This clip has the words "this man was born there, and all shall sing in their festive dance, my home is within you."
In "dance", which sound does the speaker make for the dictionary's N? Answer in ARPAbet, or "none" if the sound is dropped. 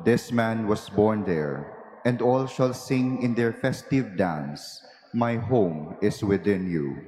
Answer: N